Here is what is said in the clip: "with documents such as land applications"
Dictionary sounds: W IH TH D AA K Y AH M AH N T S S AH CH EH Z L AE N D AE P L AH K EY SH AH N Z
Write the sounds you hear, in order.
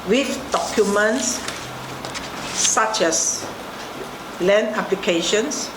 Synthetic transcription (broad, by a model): W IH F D AA K Y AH M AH N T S S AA CH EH S L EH N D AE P L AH K EY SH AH N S